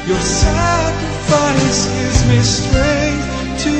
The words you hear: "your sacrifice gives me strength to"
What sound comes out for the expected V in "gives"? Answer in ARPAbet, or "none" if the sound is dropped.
none